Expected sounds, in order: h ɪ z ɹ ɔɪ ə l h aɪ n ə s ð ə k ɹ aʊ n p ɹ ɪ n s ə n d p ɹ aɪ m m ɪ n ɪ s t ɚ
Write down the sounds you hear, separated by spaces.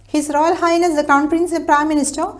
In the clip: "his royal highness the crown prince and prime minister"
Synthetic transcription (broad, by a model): h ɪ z ɹ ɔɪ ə l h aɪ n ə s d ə k aʊ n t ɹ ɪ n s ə p ɹ aɪ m m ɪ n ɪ s t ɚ